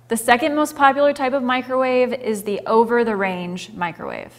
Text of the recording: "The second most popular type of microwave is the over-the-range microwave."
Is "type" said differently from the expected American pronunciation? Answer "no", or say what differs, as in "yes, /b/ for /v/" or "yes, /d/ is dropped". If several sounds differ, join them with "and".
no